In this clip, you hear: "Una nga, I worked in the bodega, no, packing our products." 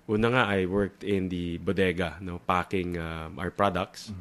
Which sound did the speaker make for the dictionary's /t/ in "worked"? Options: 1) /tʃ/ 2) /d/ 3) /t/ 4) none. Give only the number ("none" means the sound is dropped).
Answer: 3